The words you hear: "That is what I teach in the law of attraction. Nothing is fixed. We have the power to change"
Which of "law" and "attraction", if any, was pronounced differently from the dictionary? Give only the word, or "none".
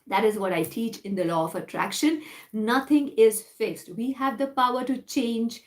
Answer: none